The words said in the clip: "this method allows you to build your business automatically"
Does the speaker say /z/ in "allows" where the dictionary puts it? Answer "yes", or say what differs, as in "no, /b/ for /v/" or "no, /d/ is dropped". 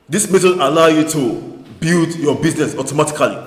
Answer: no, /z/ is dropped